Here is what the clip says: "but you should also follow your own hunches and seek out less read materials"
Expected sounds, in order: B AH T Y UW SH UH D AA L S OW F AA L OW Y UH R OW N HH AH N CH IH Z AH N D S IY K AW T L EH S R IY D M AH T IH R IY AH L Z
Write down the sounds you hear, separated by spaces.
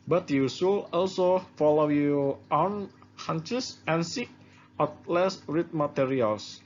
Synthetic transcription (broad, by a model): B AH T Y UW S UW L AA L S OW F AA L OW Y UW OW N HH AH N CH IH S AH N S IY K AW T L EH S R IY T M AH T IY R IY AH L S